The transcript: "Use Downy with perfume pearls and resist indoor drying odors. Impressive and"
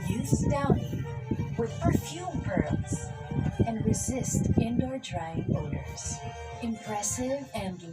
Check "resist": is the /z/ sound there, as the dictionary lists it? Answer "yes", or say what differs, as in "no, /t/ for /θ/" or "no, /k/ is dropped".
yes